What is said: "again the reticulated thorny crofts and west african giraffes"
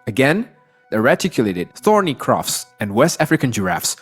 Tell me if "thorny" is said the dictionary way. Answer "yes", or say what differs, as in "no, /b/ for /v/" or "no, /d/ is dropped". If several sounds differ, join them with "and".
yes